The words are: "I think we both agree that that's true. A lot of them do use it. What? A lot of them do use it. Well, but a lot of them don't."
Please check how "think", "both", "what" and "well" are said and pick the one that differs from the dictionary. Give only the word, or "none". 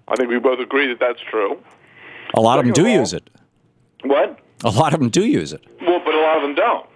none